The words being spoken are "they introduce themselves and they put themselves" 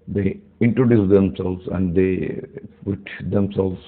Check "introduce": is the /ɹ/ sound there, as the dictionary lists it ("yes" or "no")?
yes